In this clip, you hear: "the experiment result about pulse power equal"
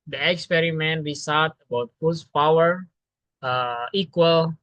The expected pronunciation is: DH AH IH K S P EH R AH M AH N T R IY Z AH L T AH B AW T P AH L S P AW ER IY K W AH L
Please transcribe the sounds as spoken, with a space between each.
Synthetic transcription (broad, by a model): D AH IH K S P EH R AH M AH N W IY S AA T AH B AW T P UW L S P AW ER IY K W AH L